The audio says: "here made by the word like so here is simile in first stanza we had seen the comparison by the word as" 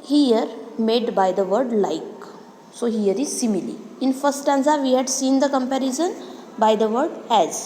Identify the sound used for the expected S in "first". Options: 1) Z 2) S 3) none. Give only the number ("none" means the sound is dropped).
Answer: 3